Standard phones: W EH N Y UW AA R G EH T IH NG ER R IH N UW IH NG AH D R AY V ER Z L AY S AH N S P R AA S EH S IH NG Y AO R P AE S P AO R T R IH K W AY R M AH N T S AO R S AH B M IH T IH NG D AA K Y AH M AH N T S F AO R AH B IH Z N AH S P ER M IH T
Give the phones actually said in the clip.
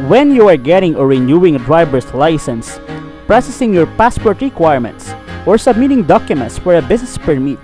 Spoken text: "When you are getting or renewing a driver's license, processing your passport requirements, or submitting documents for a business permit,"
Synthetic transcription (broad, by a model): W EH N Y UW AA R G EH T IH NG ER R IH N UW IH NG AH D R AY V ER S L AY S AH N S P R AA S EH S IH NG Y AO R P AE S P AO R T R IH K W AY R M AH N T S AO R S AH B M IH T IH NG D AA K Y AH M AH N T S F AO R AH B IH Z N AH S P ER M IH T